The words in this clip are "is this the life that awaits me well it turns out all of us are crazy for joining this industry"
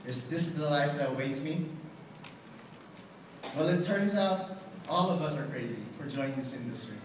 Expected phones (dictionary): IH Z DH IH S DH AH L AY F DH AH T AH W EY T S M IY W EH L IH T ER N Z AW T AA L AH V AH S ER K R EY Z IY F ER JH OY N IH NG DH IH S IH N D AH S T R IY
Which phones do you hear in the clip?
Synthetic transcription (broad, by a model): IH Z DH IH S DH AH L AY F DH AH T AH W EY T S M IY W EH L IH T ER N Z AW T AA L AH V AH S ER K R EY Z IY F ER JH OY N IH NG DH IH S IH N D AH S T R IY